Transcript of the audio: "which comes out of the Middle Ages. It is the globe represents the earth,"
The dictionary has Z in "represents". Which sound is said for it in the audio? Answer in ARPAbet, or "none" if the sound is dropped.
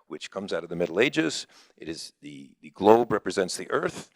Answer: Z